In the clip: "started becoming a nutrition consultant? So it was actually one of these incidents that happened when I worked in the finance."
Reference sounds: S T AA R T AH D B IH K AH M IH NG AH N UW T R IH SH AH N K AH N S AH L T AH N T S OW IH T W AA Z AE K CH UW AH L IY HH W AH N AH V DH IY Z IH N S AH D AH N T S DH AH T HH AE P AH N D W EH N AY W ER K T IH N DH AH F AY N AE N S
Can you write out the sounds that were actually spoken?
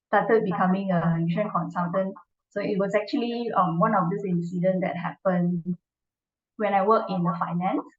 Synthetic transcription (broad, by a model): S T AA T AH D B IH K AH M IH NG AH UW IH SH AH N K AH N S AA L T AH N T S OW IH T W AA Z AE K CH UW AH L IY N W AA N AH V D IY S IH N S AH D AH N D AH T HH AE P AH N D W EH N AY W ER K IH N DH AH F AY N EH N S